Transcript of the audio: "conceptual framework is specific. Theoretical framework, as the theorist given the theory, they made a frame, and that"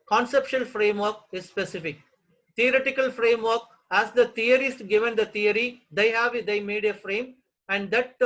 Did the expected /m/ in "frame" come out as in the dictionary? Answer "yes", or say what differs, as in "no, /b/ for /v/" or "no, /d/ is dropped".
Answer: yes